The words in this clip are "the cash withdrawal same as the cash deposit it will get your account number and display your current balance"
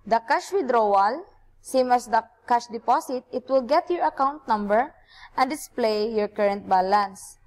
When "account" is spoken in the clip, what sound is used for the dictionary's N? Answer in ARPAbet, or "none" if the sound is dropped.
N